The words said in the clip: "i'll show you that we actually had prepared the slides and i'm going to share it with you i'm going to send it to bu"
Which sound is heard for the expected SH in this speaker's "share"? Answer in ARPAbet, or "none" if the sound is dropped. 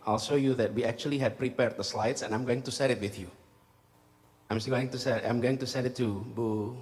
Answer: S